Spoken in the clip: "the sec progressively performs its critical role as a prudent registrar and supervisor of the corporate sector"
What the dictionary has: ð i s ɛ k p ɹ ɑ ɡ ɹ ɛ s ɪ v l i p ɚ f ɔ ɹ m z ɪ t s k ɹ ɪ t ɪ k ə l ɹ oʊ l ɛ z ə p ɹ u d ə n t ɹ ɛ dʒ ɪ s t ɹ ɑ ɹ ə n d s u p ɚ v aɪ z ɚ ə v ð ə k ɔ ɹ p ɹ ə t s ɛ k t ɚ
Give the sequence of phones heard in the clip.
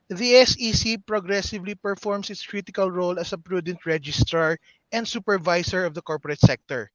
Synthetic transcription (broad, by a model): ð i s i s p ɹ ɑ ɡ ɹ ɛ s ɪ v l i p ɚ f ɔ ɹ m s ɪ t s k ɹ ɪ t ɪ k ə l ɹ oʊ l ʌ s ə p ɹ u d ə n t ɹ ɛ dʒ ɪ s t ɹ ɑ ɹ ə n d s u p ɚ v aɪ s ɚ ə v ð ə k ɔ ɹ p ɹ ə t s ɛ k t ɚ